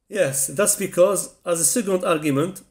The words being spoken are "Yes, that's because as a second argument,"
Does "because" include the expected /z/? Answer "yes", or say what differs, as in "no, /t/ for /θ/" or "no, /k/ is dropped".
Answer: yes